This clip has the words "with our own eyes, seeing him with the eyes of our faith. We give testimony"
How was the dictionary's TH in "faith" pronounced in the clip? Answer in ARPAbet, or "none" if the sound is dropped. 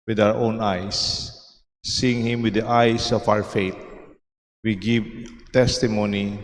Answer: T